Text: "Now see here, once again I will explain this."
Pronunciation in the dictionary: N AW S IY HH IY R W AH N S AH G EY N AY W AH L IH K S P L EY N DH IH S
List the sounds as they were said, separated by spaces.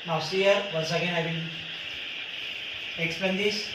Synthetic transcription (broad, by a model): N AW S IY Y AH R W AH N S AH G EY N AY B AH N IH K S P EY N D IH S